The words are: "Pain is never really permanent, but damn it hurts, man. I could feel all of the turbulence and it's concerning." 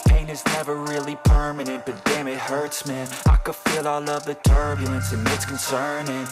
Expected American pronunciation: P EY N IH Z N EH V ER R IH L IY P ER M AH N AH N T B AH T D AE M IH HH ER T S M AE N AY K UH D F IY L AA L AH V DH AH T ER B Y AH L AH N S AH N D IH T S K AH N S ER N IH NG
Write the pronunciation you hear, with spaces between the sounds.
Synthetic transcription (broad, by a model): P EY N IH Z N EH V ER R IH L IY P ER M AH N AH N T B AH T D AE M IH HH ER T S M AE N AY K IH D F IY L AA L AH V DH AH T ER B Y L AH N S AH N IH T S K N S ER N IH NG